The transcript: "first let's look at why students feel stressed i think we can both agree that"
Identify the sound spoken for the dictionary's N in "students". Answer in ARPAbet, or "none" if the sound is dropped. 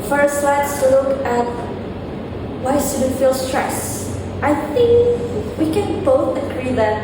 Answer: none